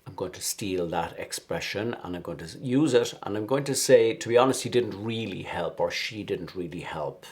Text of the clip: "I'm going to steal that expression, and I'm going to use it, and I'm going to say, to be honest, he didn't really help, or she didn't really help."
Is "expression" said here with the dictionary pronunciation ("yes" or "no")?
yes